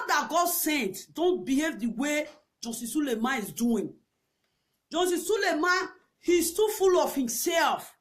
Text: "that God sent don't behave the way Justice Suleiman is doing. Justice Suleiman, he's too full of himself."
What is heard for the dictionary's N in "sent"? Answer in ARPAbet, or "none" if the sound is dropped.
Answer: N